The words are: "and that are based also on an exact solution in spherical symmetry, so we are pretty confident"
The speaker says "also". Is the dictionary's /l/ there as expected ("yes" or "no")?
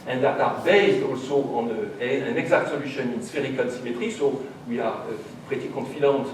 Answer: yes